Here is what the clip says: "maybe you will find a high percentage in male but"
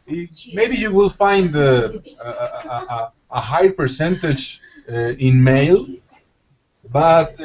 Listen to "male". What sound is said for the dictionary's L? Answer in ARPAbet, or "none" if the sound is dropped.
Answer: L